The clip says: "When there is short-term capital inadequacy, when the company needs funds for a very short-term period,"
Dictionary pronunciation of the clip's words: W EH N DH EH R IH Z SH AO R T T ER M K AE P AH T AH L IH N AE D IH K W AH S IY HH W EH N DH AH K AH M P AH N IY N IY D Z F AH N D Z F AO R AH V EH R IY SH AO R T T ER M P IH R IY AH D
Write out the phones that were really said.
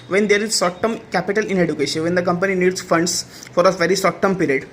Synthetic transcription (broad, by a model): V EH N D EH R IH Z S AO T T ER M K AE P AH T AH L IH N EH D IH K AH SH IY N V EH N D AH K AH M P AH N IY N IY D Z F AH N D S F AO R AH V EH R IY S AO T T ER M P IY R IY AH D